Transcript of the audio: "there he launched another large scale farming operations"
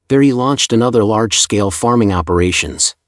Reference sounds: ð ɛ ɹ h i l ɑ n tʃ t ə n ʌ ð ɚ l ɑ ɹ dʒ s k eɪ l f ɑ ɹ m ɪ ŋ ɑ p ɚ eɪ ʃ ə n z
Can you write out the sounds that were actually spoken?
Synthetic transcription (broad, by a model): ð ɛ ɹ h i l ɑ n tʃ t ə n ʌ ð ɚ l ɑ ɹ dʒ s k eɪ l f ɑ ɹ m ɪ ŋ ɑ p ɚ eɪ ʃ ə n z